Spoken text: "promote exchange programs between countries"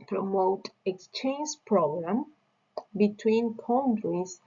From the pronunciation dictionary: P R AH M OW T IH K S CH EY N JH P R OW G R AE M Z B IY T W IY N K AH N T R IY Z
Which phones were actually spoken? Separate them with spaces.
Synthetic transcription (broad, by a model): P R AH M OW T IH K S CH EY N JH P R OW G R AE M B IY T W IY N K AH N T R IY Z